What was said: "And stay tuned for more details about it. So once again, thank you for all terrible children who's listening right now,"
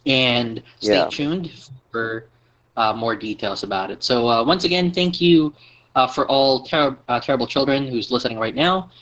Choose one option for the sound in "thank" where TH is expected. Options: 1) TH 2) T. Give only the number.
1